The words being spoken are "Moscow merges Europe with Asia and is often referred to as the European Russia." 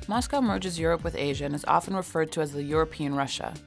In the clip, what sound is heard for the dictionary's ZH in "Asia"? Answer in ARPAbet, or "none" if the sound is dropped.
ZH